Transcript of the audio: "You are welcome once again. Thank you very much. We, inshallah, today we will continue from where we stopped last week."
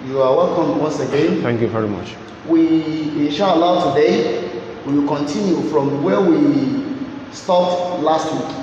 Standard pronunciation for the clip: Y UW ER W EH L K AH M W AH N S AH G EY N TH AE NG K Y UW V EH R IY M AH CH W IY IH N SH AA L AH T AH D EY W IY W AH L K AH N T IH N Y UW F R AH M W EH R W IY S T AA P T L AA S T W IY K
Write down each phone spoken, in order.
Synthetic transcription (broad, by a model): Y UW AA W EH L K AH M W AH N S AH G EY N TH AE NG K Y UW V EH R IY M AH CH W IY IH SH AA L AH T AH D EY W IY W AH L K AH N T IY N Y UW F R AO M W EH W IY S T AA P L AA S T W IY K